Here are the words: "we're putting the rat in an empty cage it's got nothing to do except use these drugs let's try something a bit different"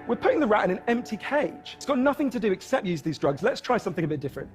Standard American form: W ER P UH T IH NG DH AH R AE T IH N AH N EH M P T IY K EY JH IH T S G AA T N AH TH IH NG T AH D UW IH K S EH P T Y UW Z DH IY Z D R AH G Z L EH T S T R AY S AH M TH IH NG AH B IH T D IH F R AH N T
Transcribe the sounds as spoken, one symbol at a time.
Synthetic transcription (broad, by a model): W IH P UH T IH NG DH AH R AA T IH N AH N EH M P T IY K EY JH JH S G AA T N AH TH IH NG T AH D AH IH K S EH P T Y UW Z DH IY Z D R AH G Z L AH T S T R AY S AH M TH IH NG AH B IH T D IH F R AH N T